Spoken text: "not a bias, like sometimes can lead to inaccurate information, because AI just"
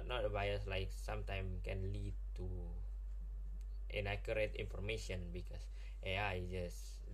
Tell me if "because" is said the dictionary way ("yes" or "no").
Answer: no